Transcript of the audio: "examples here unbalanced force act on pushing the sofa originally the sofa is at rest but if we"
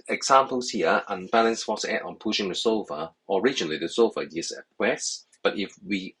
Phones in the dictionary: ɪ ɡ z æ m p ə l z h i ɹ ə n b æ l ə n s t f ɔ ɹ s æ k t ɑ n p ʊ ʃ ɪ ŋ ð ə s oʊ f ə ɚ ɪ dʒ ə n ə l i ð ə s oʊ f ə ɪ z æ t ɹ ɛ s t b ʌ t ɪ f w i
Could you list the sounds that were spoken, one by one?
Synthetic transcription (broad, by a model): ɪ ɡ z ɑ m p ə l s h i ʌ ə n b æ l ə n s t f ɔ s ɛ t ɑ n p ʊ ʃ ɪ ŋ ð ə s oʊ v ə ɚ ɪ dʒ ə n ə l i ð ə s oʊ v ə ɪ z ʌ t w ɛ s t b ʌ t ɪ f w i